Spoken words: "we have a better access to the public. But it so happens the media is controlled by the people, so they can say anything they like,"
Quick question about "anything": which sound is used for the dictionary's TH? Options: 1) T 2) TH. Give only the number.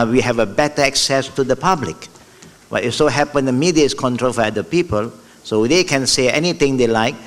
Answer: 1